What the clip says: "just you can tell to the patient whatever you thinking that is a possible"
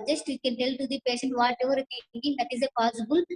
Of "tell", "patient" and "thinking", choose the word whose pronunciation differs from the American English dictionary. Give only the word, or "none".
thinking